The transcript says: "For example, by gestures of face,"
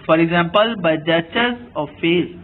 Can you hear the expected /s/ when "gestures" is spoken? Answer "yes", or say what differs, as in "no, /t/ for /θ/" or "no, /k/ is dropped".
no, /s/ is dropped